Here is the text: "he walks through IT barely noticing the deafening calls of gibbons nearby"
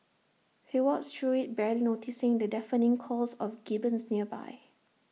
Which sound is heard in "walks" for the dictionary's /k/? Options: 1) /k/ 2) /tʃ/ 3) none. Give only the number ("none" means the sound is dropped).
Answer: 3